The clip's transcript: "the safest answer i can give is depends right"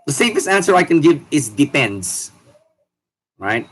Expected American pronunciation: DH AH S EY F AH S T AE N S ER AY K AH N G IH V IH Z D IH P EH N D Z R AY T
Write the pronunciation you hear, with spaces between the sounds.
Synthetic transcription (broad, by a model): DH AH S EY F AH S AE N S ER AY K AH N G IH V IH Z D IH P EH N D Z R AY T